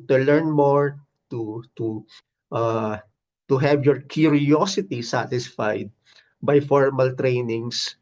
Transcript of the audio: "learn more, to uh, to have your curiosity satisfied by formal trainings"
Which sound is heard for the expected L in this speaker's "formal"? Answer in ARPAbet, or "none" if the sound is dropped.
L